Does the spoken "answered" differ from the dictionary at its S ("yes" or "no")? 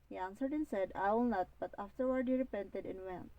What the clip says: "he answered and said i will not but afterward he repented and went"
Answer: no